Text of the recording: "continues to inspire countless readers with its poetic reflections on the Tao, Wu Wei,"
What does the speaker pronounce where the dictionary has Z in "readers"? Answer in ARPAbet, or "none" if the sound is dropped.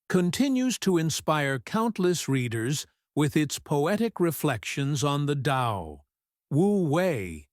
Z